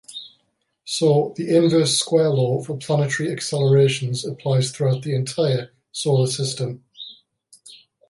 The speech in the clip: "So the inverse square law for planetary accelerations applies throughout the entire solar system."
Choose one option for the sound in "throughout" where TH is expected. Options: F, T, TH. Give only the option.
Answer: TH